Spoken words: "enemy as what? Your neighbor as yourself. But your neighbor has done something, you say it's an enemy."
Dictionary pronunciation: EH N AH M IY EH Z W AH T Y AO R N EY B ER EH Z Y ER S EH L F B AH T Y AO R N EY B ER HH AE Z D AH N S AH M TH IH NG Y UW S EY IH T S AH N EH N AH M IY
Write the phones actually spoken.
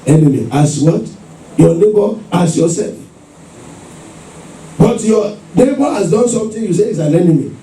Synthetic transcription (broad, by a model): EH N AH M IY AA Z W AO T Y AO N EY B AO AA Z Y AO S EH L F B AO T Y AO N EY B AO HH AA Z D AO N S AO M T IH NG Y UW S EY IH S AH N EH N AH M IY